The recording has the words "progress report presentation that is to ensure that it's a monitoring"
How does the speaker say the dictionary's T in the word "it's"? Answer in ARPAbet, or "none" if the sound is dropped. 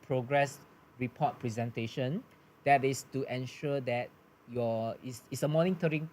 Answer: S